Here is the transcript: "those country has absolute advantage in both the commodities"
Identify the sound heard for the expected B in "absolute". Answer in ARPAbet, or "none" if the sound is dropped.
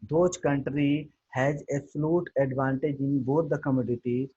none